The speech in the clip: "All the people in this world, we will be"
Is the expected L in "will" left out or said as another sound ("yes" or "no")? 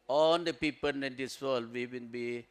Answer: yes